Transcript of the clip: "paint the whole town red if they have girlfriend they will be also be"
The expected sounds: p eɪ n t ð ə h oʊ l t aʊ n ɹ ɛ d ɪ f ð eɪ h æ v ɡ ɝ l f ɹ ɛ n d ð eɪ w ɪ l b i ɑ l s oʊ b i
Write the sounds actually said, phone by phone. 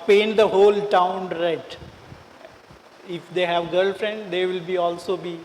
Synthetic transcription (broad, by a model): p eɪ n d ə h oʊ l t aʊ n ɹ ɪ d ɪ f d eɪ h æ v ɡ ɝ l f ɹ ɛ n d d eɪ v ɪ l b i ɑ l s oʊ b i